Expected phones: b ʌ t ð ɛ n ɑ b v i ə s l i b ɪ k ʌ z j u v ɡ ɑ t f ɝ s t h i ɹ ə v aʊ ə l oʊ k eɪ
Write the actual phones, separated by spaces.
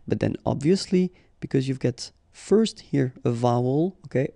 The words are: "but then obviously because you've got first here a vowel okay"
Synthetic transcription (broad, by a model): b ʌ t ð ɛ n ɑ b v i ə s l i b ɪ k ʌ z j u v ɡ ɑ t f ɝ s t h i ɹ ə v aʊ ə l oʊ k eɪ